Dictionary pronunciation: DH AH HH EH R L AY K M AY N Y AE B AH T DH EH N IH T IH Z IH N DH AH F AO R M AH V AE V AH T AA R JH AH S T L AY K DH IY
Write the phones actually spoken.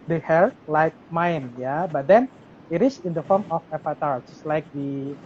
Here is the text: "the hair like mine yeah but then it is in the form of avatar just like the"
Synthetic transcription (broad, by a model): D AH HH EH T L AY K M AY N Y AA B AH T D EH N IH T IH S IH N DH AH F AO R M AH F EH P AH T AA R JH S L AY K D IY